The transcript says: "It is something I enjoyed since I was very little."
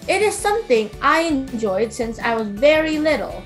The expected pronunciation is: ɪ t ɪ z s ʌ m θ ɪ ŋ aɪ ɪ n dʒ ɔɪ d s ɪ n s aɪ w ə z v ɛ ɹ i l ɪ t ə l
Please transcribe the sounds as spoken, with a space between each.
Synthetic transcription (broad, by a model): ɪ t ɪ z s ʌ m θ ɪ ŋ aɪ ɪ n dʒ ɔɪ d s ɪ n s aɪ w ə z v ɛ ɹ i l ɪ t l